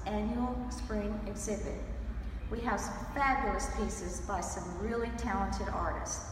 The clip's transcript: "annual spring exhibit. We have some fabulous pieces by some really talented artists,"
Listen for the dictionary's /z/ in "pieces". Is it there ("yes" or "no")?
yes